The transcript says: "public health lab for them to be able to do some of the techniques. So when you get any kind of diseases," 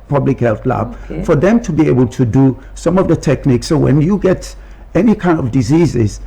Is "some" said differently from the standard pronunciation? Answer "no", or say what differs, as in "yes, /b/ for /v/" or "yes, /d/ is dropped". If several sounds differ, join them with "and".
no